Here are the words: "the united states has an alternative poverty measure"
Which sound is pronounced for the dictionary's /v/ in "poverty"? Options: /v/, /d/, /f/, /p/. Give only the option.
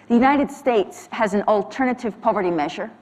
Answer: /v/